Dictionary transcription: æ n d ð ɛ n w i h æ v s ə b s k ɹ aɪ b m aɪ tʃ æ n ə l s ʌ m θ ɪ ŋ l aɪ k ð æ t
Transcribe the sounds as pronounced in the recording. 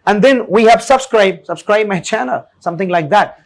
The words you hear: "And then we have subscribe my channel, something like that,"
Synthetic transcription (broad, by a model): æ n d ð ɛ n w i h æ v s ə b s k ɹ aɪ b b aɪ tʃ æ n ə l s ʌ m θ ɪ ŋ l aɪ k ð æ t